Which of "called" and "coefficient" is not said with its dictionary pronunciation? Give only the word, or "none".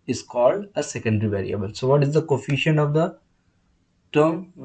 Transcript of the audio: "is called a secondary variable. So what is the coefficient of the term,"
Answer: coefficient